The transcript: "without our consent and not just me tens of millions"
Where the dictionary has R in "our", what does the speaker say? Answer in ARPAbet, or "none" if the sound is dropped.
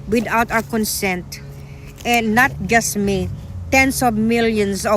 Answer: W